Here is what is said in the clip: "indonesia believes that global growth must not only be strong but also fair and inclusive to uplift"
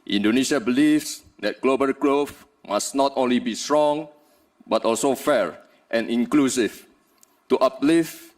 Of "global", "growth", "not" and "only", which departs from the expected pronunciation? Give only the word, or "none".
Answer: growth